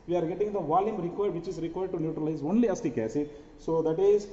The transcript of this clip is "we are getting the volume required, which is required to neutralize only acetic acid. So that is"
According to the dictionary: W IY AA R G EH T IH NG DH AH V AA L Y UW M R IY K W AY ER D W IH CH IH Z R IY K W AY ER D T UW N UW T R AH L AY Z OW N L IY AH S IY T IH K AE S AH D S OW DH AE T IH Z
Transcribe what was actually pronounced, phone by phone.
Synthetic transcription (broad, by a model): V IY AA R G EH T IH NG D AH V AA L Y UW M R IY K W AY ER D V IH CH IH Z R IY K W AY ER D T UW N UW T R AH L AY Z OW N L IY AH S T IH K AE S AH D S OW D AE T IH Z